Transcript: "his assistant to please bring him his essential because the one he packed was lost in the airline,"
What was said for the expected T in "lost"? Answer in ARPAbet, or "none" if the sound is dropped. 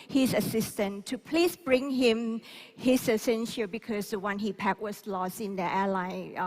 none